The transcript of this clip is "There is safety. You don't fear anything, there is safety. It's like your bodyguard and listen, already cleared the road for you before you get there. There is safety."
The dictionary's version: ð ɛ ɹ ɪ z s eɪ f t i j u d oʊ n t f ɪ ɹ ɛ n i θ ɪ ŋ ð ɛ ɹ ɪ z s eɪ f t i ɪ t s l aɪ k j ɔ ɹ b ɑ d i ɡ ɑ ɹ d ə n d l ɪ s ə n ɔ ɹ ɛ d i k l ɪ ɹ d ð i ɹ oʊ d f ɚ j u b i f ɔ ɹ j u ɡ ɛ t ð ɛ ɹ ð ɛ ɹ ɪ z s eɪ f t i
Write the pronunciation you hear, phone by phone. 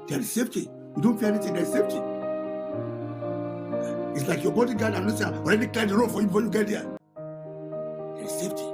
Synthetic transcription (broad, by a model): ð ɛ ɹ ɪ s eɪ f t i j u d oʊ n t f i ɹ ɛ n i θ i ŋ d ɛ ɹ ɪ s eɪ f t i ɪ t s l aɪ k j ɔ b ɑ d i ɡ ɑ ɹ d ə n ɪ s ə ɔ ɹ ɛ d i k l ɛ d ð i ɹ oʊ f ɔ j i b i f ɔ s j u ɡ ɛ t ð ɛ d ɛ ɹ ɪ s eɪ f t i